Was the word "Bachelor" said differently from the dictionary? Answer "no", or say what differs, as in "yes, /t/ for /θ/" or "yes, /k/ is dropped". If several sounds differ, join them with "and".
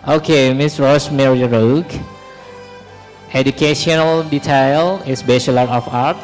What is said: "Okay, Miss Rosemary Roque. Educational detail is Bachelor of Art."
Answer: yes, /ʃ/ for /tʃ/